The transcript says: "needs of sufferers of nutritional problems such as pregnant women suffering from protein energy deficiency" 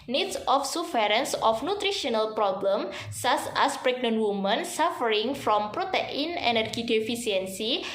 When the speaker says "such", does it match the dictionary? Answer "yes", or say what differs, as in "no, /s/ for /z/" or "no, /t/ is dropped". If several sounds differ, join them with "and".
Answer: no, /s/ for /tʃ/